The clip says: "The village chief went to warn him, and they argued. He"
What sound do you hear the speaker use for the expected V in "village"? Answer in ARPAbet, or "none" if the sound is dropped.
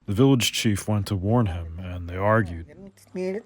V